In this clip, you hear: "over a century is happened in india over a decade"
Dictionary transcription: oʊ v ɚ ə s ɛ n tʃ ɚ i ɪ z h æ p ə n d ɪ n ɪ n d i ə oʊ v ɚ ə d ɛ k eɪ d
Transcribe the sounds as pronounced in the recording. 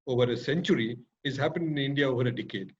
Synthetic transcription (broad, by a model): oʊ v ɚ ə s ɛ n tʃ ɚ i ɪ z h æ p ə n ɪ n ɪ n d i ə oʊ v ɚ ə d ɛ k eɪ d